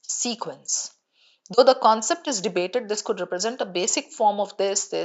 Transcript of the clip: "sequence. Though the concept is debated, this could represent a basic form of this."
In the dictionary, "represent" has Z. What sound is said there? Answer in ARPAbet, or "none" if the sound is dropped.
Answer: Z